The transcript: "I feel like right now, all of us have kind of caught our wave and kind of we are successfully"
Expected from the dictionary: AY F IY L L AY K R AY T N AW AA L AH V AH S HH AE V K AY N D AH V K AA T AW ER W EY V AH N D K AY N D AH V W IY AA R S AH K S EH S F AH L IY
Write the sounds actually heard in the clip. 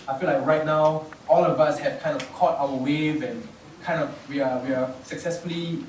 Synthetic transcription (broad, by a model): AY F IY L L AY K R AY T N AW AA L AH V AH S HH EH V K AY N D AH V K AA T AW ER W EY V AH N K AY N D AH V W IY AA W S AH K S EH S F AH L IY